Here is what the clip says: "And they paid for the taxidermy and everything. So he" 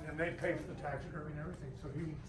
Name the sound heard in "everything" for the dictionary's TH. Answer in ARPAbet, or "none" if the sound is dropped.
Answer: TH